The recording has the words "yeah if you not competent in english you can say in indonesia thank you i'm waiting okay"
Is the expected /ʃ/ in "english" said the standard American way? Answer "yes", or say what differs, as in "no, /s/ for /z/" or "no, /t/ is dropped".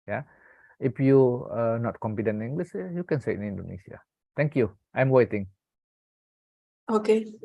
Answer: no, /s/ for /ʃ/